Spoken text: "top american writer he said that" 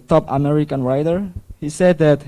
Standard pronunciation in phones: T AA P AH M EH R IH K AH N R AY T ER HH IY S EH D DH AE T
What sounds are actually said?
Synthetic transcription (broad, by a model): T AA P AH M EH R IH K AH N R AY T ER HH IY S EH D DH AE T